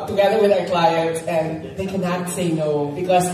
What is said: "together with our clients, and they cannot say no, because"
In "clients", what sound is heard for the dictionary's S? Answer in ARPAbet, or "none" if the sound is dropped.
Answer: none